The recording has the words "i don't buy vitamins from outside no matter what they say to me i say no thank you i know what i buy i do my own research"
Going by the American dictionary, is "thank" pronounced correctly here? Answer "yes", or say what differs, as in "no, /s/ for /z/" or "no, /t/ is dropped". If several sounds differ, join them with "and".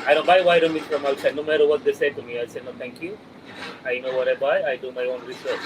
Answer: no, /t/ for /θ/